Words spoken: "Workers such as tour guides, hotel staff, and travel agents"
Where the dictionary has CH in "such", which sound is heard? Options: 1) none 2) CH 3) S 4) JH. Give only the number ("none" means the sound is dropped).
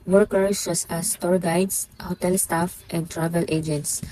3